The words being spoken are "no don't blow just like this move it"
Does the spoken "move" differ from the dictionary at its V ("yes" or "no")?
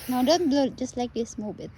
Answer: yes